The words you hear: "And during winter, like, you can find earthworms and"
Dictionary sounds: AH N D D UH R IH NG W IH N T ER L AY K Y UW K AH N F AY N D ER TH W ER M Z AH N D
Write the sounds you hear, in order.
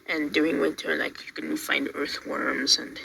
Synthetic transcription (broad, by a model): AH N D D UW IH NG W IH T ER L AY K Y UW K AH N F AY N D ER TH W ER M Z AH N